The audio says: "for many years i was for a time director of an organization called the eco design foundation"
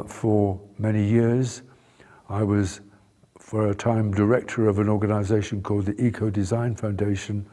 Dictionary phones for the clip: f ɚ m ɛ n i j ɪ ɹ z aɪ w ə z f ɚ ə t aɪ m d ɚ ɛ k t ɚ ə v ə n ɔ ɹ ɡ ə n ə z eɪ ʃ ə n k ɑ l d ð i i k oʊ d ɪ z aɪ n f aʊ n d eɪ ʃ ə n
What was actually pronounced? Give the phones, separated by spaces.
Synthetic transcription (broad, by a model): f ɚ m ɛ n i j ɪ ɹ z aɪ w ə z f ɚ ə t aɪ m d ɚ ɛ k t ɚ ə v ə n ɔ ɹ ɡ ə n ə z eɪ ʃ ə n k ɑ l d ð i i k oʊ d ɪ z aɪ n f aʊ n d eɪ ʃ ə n